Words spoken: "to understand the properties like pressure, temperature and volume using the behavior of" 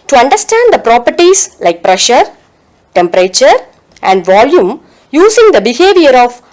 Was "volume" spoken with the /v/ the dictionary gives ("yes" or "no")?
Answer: yes